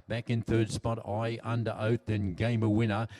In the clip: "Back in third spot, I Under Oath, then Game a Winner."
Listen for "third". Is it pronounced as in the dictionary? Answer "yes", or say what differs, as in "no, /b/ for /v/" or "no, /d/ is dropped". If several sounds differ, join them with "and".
yes